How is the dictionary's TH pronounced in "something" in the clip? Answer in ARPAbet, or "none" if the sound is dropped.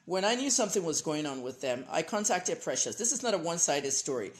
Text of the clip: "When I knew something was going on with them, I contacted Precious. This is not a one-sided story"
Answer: TH